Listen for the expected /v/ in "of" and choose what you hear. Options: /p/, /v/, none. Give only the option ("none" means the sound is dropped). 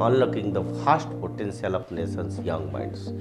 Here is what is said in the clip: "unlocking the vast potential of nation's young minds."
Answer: /p/